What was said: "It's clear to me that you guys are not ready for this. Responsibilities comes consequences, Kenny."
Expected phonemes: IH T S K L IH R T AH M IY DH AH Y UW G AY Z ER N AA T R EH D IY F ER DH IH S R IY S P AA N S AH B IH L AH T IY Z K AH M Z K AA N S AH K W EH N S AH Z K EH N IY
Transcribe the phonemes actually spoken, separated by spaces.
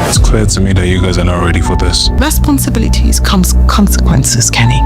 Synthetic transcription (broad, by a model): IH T S K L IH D T AH M IY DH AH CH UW G AY Z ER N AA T R EH D IY F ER DH IH S R IY S P AA N S AH B IH L AH T IY Z K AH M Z K AA N S AH K W EH N S AH Z K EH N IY